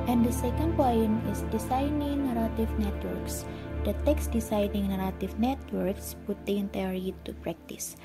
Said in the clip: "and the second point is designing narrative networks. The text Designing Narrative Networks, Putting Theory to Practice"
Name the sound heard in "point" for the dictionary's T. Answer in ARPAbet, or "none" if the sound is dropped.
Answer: none